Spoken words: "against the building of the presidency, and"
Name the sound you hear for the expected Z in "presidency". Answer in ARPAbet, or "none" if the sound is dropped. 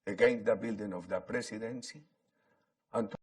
S